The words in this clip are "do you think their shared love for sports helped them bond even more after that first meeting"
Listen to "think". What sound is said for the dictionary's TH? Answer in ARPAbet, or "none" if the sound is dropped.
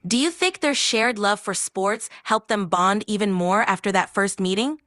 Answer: TH